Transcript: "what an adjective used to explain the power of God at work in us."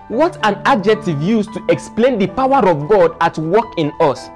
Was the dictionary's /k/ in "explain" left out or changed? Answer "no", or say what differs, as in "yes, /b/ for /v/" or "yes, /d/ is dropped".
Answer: no